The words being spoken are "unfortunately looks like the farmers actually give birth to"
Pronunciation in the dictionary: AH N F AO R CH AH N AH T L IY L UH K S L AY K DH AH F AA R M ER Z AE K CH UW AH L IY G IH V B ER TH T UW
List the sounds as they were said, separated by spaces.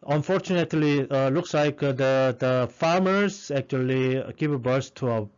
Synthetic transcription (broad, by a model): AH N F AO R CH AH N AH T L IY L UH K S L AY K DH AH F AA R M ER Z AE K CH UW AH L IY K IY P B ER S T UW